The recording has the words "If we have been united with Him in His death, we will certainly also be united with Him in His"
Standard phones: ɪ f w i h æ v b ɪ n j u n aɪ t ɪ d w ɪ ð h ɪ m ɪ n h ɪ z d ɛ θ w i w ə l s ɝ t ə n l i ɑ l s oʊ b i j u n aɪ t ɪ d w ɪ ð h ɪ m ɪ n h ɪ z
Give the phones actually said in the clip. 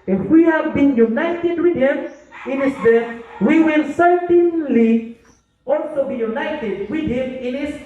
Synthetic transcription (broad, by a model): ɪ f w i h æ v b ɪ n j u n aɪ t ɪ d w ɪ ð h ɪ m ɪ n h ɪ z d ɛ w i w ə l s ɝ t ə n l i ɑ l s oʊ b i j u n aɪ t ɪ d w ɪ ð h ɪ m ɪ n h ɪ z